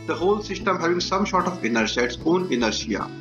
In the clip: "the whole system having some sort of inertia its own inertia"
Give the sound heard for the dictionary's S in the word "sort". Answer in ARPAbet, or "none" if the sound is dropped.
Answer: SH